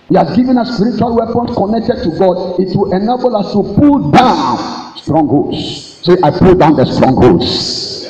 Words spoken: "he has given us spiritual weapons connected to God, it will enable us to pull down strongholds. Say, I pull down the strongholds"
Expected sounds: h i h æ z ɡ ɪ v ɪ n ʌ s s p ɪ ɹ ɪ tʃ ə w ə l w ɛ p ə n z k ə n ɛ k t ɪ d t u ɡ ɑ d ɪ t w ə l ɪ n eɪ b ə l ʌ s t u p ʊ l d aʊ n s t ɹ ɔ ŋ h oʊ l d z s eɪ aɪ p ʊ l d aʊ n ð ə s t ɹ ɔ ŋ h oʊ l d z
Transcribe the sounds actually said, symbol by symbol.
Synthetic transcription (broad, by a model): h i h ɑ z ɡ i v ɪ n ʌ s s p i ɹ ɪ tʃ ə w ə l w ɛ p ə n s k ə n ɛ k t ɪ d t u ɡ ɑ d ɪ t w ə l ɪ n eɪ b ə l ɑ s t u p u l d aʊ n s t ɹ ɔ ŋ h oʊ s s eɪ aɪ p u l d aʊ n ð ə s t ɹ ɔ ŋ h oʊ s